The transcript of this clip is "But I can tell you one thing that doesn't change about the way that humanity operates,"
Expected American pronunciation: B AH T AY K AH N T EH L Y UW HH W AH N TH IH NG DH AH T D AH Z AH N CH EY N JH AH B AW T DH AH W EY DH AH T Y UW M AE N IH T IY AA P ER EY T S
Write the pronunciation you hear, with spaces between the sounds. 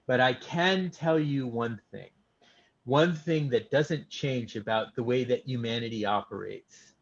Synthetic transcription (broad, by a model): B AH T AY K AH N T EH L Y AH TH W AH N TH IH NG DH AH T D AH Z AH N CH EY N JH AH B AW T DH AH W EY DH AH T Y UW M AE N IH T IY AA P ER EY T S